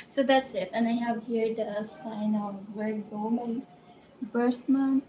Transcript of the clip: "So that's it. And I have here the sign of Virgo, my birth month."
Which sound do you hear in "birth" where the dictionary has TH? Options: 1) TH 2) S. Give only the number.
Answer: 2